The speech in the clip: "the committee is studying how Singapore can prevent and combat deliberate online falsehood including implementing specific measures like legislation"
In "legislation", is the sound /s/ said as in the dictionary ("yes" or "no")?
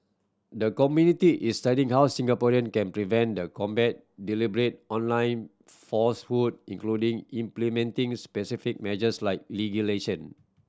no